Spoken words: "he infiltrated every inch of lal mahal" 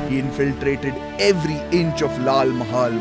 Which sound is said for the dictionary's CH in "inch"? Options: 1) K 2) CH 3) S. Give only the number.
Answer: 2